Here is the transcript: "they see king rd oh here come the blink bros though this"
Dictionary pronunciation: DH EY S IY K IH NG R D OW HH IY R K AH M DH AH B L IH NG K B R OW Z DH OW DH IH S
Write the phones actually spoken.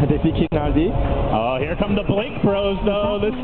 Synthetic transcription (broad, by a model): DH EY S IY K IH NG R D OW HH IY R K AH M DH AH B L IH K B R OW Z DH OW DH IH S